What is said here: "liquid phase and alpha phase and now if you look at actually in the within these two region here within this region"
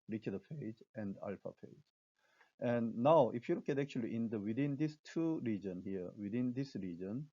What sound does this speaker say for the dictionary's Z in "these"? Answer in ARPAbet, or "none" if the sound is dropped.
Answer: S